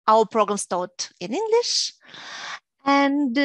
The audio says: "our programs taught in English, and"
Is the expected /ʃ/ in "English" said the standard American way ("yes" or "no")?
yes